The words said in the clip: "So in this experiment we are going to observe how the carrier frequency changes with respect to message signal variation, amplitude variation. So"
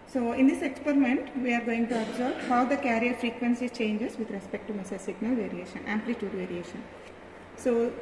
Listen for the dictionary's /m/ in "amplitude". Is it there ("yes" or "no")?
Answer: yes